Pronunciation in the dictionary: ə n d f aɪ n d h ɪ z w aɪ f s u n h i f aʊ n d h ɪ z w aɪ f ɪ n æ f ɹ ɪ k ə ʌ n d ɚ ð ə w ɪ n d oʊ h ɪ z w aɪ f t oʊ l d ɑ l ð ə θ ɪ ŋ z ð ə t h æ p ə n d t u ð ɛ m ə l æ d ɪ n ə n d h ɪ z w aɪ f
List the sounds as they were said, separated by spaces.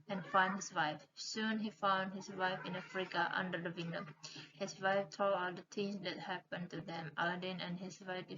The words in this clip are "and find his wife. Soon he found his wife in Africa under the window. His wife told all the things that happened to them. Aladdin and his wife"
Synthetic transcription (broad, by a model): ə n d f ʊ n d h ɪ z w aɪ f s u n h i f aʊ n d h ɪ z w aɪ f ɪ n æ f ɹ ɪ k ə ʌ n d ɚ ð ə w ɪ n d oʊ h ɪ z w aɪ f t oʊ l ɑ l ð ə t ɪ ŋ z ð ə t h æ p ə n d t u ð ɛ m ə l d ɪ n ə n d h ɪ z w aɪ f